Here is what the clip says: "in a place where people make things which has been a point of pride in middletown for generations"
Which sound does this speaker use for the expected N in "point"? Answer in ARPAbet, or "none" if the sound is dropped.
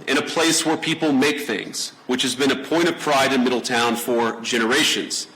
none